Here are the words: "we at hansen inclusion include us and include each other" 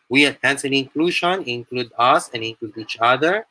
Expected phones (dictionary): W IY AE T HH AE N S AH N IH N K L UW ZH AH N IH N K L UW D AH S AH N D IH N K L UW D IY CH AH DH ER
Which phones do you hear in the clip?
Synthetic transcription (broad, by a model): W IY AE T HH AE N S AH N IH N K L UW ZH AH N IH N K L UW D AH S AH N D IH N K L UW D IY CH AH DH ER